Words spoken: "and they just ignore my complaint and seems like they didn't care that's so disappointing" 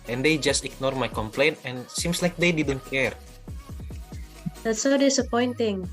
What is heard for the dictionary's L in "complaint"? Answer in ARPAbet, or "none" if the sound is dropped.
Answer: L